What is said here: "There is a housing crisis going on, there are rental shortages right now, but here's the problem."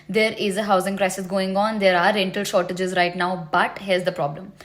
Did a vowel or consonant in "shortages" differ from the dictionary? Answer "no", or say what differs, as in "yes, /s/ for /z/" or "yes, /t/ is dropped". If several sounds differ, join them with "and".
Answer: no